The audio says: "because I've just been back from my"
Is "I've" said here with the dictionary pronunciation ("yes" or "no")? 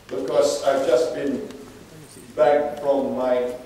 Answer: yes